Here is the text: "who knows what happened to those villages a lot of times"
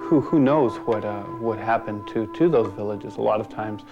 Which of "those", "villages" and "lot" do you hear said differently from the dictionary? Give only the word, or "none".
none